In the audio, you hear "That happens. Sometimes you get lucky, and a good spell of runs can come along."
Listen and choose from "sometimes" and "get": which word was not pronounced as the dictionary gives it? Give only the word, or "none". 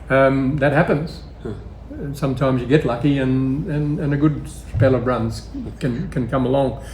none